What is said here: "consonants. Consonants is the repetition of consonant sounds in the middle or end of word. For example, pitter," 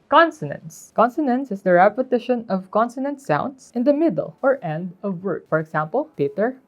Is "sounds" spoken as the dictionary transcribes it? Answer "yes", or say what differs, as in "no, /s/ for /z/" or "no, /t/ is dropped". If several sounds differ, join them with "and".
no, /s/ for /z/